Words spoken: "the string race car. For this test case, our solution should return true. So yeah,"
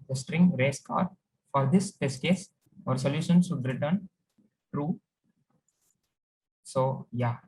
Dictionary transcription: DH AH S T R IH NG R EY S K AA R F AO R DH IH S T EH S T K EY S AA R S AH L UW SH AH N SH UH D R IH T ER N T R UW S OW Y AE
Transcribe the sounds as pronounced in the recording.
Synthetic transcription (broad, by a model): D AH S T R IH NG R EY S K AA R F AO R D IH S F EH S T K EY S AA R S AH L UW SH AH N S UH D R IH T ER N T R UW S OW Y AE